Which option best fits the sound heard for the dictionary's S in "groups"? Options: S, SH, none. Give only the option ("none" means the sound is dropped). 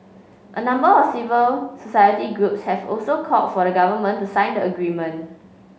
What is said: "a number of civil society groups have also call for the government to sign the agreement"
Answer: S